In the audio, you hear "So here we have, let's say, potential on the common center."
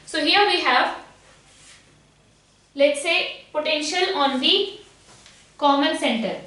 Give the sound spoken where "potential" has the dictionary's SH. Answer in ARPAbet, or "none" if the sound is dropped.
SH